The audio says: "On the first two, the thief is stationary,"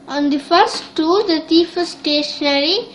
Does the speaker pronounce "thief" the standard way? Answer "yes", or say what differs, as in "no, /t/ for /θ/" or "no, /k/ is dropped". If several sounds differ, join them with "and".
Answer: no, /t/ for /θ/